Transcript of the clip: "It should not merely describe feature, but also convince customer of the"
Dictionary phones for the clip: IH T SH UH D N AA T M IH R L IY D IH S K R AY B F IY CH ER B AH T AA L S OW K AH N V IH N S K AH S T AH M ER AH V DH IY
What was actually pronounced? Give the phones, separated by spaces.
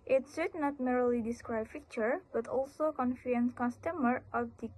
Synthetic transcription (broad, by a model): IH T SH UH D N AA T M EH R L IY D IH S K R AY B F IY CH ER B AH T AA L S OW K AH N F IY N K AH S T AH M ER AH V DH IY